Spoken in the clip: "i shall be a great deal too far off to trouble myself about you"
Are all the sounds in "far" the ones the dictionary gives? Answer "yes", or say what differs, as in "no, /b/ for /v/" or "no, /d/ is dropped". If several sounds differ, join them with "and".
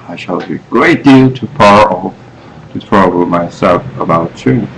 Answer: no, /p/ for /f/